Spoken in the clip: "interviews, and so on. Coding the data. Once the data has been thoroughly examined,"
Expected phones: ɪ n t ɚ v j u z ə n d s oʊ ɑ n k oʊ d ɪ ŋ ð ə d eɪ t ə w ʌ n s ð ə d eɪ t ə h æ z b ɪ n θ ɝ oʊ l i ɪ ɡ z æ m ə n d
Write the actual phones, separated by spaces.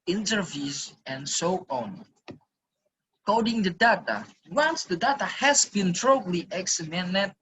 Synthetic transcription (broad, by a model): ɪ n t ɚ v j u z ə n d s oʊ ɑ n k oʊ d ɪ ŋ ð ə d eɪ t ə w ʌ n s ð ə d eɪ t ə h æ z b ɪ n t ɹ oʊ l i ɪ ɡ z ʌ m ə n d